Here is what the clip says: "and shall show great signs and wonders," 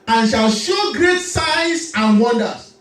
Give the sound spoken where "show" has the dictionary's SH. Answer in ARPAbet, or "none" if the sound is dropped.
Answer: SH